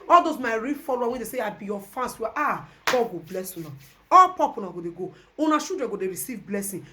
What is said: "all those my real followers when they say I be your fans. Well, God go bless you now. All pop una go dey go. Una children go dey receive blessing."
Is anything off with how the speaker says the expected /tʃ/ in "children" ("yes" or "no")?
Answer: yes